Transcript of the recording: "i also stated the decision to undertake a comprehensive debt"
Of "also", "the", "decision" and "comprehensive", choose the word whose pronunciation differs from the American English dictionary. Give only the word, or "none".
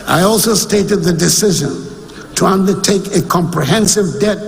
none